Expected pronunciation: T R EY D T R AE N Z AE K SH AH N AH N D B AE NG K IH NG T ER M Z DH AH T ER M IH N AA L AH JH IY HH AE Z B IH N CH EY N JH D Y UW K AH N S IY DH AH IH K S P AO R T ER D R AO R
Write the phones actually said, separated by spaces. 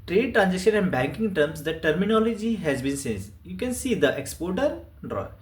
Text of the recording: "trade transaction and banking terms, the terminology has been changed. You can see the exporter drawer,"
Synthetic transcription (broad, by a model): T R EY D T R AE N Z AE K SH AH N AH N D B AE NG K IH NG T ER M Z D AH T ER M IH N AA L AH JH IY HH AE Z B IH N S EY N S Y UW K AH N S IY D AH IH K S P AO R T ER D R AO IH